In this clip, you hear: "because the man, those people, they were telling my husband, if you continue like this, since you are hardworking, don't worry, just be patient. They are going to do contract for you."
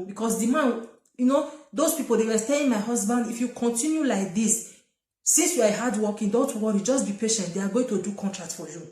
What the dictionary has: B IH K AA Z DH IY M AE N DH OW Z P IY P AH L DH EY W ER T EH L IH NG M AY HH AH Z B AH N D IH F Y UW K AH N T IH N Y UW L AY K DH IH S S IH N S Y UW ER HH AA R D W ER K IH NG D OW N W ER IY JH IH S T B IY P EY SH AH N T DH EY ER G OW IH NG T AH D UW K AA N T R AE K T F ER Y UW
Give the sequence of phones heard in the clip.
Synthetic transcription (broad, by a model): B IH K AA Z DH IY M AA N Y OW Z P IY P AH L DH EY W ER T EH IH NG M AY HH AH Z B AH N D IH F Y UW K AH N T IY N Y UW L AY K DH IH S S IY N S Y UW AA HH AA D W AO K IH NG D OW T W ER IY JH IH S T B IY P EY SH AH N T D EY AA G OW IH NG T AH D UW K AA N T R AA K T F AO Y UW